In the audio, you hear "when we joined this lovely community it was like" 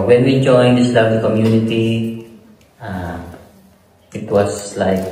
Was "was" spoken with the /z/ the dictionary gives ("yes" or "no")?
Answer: no